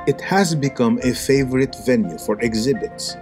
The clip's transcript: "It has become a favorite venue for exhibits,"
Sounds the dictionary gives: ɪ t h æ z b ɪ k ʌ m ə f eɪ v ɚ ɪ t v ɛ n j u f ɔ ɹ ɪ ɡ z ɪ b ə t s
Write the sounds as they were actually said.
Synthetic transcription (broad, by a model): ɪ t h æ z b ɪ k ʌ m ə f eɪ v ɚ ɪ t v ɛ n j u f ɔ ɹ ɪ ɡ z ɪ b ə t s